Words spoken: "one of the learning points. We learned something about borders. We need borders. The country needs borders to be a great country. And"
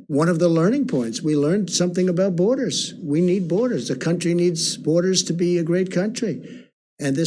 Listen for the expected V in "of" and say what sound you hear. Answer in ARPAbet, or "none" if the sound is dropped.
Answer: V